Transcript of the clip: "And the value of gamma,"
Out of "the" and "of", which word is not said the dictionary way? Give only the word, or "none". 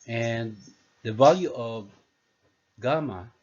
none